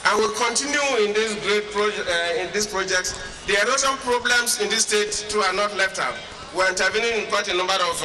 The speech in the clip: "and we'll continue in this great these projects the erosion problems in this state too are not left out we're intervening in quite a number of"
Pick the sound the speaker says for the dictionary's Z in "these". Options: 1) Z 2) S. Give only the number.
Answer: 2